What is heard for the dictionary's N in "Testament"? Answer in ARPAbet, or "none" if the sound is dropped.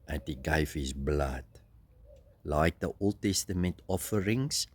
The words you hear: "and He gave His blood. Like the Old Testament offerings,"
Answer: N